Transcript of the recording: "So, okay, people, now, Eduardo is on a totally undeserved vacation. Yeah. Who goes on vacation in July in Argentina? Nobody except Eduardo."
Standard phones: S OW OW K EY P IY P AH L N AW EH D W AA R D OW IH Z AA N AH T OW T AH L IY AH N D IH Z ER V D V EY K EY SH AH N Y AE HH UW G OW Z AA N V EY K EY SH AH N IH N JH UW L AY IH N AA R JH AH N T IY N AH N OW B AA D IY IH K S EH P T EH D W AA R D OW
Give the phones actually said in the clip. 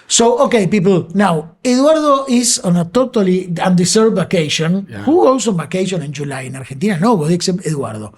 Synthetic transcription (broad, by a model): S OW OW K EY P IY P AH L N AW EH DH W AA R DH OW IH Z AA N AH T OW T AH L IY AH N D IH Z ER D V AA K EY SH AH N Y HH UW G OW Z AA N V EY K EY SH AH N IH N JH UW L AY IH N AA R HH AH N T IY N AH N OW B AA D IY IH K S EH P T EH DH W AA R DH OW